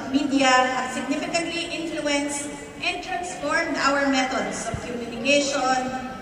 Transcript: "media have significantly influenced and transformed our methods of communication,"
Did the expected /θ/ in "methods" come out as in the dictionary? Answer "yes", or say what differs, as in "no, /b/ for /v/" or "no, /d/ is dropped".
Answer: no, /t/ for /θ/